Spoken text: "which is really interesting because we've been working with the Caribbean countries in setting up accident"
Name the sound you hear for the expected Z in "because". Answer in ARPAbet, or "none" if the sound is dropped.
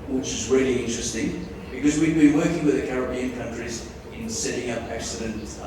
Z